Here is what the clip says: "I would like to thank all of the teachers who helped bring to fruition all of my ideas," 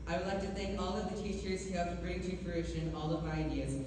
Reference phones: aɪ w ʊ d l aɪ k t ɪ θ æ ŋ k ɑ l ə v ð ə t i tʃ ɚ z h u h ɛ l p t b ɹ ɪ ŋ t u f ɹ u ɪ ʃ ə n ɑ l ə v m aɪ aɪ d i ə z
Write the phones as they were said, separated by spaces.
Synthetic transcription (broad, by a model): aɪ w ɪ d l aɪ k t ɪ θ æ ŋ k ɑ l ə v ð ə t i tʃ ɚ z h u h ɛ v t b ɹ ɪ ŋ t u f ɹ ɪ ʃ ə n ɑ l ə v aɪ aɪ d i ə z